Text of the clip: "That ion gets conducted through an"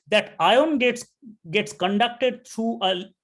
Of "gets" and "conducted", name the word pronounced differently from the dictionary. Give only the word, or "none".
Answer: none